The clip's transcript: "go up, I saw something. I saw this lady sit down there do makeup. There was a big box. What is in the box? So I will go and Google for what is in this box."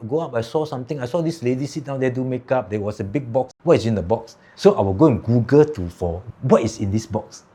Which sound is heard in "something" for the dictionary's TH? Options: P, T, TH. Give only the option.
T